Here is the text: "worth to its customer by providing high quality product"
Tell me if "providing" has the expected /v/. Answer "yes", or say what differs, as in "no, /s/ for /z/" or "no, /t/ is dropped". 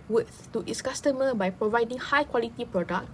yes